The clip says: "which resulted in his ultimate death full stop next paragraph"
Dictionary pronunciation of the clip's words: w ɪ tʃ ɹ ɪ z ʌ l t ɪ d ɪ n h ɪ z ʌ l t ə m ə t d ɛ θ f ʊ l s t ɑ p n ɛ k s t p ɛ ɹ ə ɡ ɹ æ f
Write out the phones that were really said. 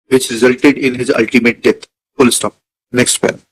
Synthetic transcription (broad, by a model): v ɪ tʃ ɹ ɪ z ʌ l t ɪ d ɪ n h ɪ z ʌ l t ə m ə t d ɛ t f ʊ l s t ɑ p n ɛ k s t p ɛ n